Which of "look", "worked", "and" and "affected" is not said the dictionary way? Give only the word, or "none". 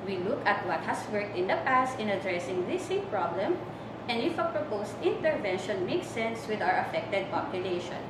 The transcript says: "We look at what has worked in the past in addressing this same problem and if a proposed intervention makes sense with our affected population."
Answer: none